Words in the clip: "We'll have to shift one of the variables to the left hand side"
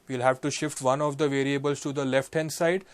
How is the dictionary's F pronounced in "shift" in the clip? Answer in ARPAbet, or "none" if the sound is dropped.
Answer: F